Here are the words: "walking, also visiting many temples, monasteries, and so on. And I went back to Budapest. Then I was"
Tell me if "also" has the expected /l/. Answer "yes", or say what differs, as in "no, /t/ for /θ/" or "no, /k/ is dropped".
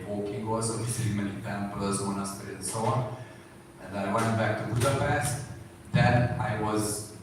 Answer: no, /l/ is dropped